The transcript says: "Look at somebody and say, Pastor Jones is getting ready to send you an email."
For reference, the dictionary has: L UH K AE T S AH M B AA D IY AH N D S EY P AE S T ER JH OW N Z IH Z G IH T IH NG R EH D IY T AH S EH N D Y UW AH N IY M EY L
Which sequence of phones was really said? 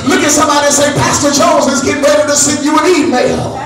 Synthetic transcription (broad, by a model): L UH K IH T S AH M B AA D IY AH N S EY P AE S T ER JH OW Z IH Z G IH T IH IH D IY T AH S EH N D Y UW AH N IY M EY L